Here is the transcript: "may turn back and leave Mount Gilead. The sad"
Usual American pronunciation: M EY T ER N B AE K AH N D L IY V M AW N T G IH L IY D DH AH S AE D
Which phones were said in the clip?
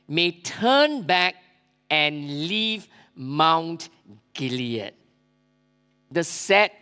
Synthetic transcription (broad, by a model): M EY T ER N B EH K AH N L IY V M AW N T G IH L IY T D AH S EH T